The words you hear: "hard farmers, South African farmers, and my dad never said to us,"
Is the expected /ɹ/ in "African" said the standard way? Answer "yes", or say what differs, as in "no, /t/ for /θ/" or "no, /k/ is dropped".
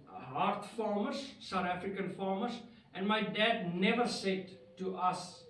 yes